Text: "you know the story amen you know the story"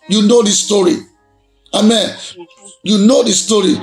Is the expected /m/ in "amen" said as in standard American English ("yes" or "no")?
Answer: yes